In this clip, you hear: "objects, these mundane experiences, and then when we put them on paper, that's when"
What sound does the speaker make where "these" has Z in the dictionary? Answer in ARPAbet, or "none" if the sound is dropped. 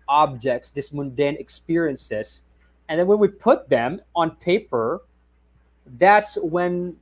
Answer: S